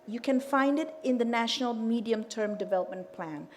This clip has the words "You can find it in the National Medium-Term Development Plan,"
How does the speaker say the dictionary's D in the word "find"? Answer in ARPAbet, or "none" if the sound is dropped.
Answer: D